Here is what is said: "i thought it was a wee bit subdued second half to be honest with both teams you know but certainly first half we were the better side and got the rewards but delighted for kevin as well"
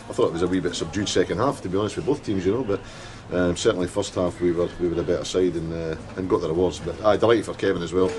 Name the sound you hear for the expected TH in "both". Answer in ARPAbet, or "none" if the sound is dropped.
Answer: TH